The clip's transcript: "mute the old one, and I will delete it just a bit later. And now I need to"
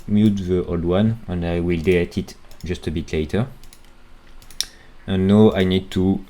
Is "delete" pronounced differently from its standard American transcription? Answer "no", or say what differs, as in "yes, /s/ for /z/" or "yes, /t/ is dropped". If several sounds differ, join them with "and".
yes, /l/ is dropped